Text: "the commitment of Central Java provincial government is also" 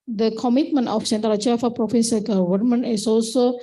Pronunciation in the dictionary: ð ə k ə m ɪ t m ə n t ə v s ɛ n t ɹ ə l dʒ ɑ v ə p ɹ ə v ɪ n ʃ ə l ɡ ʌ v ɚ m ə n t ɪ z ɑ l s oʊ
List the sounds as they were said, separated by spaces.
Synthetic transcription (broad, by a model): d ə k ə m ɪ t m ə n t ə f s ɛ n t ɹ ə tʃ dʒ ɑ f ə p ɹ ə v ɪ n s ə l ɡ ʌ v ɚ m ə n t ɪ s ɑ l s oʊ